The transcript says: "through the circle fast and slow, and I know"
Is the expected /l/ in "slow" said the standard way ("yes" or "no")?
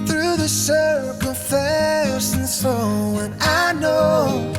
no